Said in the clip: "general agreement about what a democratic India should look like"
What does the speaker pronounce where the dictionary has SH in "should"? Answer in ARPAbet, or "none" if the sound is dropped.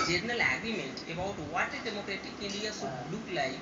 S